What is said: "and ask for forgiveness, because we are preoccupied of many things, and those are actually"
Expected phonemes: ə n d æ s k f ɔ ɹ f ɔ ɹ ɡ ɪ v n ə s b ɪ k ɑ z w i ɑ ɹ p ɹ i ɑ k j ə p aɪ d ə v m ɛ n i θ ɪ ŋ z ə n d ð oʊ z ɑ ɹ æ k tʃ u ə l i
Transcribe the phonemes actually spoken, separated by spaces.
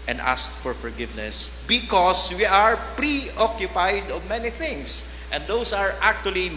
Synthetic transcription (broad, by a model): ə n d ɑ s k f ɔ ɹ f ɔ ɹ ɡ ɪ v n ə s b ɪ k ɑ s w i ɑ ɹ p ɹ i ɑ k j ə p aɪ d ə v m ɛ n i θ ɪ ŋ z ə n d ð oʊ s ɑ ɹ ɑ k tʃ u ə l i